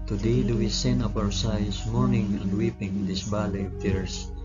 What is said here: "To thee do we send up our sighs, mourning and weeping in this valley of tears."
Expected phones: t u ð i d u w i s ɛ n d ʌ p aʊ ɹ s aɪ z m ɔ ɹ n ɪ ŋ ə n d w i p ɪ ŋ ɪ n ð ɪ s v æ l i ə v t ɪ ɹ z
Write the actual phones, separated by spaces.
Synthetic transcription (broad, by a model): t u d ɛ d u w i s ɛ n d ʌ p aʊ ɹ s aɪ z m ɔ ɹ n ɪ ŋ ə n d w i p ɪ ŋ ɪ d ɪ s b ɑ l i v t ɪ ɹ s